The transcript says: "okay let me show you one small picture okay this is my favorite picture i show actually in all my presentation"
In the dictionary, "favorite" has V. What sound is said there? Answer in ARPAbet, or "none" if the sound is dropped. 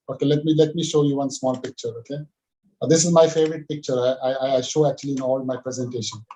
V